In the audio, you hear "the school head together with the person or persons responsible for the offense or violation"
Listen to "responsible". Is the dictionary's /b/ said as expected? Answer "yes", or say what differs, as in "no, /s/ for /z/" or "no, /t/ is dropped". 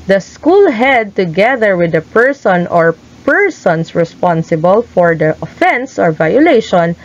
yes